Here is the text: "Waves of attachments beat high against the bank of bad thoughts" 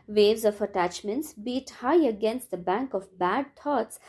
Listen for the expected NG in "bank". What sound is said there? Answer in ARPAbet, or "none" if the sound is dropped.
NG